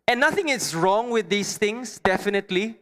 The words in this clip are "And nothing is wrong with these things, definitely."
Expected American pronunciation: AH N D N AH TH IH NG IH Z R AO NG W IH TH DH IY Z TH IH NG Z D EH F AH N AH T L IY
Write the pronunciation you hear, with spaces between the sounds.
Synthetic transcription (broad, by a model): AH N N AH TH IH NG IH S R AO NG W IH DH IY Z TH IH NG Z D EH F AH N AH T L IY